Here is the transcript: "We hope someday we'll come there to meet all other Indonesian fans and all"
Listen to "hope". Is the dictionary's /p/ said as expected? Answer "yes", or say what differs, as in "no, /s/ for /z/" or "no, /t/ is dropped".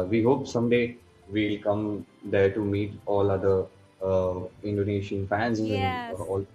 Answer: yes